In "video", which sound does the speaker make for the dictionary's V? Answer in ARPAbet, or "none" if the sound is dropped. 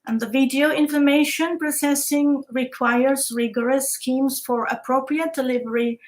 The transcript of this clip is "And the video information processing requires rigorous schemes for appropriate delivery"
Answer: V